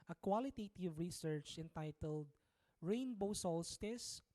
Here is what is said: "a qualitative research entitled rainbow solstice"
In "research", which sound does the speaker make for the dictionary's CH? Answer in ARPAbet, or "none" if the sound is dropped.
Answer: CH